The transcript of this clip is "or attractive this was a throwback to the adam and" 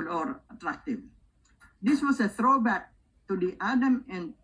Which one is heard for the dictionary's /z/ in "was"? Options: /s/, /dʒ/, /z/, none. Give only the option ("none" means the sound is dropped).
/s/